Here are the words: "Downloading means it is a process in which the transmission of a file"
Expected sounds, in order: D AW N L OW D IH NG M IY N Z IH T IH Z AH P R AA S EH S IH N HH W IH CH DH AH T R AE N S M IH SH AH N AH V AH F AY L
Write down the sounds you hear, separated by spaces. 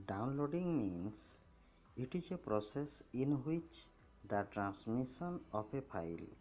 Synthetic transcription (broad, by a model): D AW N L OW D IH NG M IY N S IH T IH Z AH P R AA S EH S IH N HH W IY CH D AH T R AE N S M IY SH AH N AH P AH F AY L